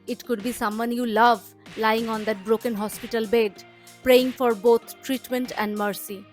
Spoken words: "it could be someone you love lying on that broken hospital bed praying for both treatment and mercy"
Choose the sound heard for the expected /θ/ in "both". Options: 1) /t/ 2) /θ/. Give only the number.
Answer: 1